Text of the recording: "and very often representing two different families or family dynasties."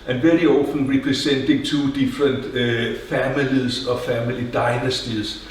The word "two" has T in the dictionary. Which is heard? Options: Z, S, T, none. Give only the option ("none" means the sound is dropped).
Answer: S